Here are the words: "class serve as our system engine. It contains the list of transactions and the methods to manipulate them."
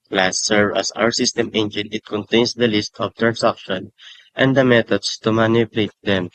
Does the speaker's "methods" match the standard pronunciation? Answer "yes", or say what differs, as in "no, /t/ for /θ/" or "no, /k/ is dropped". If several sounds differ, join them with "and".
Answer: no, /t/ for /θ/ and /s/ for /z/